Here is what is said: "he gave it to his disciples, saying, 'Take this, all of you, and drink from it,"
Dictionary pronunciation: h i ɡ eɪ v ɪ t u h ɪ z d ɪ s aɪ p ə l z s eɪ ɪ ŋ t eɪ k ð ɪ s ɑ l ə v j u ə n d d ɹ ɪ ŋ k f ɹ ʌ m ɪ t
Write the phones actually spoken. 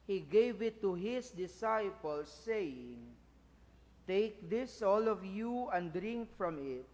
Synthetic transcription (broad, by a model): h i ɡ eɪ v ɪ t u h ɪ s d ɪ s aɪ p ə l s eɪ ɪ ŋ t eɪ k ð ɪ s ɑ l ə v j u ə n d d ɹ ɪ ŋ k f ɹ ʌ m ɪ t